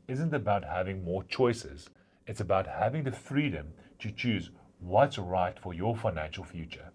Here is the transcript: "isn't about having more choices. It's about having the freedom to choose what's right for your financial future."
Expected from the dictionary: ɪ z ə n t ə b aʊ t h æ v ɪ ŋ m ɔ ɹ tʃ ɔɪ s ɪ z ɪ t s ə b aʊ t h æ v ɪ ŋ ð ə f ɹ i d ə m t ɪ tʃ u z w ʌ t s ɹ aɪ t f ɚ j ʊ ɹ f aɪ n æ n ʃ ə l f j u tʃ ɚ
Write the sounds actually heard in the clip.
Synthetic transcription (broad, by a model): ɪ z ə n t ə b aʊ t h æ v ɪ ŋ m ɔ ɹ tʃ ɔɪ s ɪ z ɪ t s ə b aʊ t h æ v ɪ ŋ ð ə f ɹ i d ə m t ɪ tʃ u z w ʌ t s ɹ aɪ t f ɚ j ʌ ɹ f aɪ n æ n ʃ ə l f j u tʃ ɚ